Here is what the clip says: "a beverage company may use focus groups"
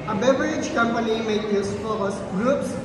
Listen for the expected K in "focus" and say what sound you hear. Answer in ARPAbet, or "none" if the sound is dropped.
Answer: none